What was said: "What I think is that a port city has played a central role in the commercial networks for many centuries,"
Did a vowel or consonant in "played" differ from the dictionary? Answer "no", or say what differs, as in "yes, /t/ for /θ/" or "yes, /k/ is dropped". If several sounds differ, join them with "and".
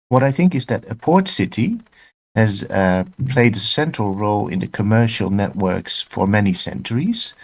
no